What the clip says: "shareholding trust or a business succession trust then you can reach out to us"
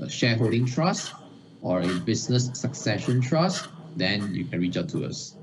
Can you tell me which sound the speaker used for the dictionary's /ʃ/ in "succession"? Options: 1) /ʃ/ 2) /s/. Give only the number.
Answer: 1